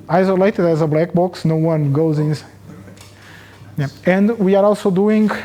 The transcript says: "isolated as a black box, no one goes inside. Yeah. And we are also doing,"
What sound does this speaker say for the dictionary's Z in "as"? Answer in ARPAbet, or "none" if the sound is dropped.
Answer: Z